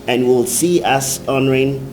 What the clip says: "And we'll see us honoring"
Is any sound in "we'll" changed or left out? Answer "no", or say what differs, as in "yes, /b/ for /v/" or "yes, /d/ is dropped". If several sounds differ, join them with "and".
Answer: no